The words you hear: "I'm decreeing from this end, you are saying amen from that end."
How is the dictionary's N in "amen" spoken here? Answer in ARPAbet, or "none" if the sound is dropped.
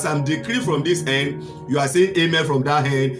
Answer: L